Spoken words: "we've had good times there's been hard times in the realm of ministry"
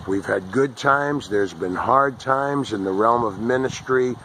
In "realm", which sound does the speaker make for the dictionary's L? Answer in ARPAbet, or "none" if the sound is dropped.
L